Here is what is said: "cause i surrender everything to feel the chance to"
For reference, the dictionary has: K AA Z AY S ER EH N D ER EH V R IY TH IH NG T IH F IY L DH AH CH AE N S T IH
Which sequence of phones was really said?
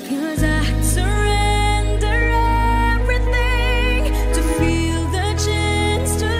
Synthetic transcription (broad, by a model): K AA Z AY S ER EH N D ER EH V R IY TH IH NG T IH F IY L DH AH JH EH N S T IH